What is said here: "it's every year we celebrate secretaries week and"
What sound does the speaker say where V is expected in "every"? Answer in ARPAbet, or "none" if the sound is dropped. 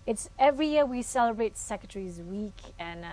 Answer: V